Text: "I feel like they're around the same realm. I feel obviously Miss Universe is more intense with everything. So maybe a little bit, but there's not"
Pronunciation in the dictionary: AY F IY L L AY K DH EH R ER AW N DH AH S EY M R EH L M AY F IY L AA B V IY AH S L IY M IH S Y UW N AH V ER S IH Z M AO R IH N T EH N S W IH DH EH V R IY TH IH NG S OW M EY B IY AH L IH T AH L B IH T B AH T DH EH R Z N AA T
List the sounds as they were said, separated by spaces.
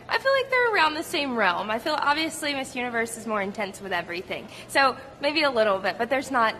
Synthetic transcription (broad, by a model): AY F IY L L AY K DH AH R ER AW N DH AH S EY M R EH L M AY F IY L AA B V IY AH S L IY M IH S Y UW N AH V ER S IH Z M AO R IH N T EH N S W IH DH EH V R IY TH IH NG S OW M EY B IY AH L IH T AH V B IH T B AH T DH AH R Z N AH T